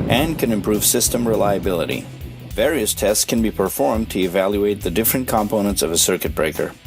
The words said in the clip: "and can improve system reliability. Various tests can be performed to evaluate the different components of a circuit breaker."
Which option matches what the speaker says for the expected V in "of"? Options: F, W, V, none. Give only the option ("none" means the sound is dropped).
V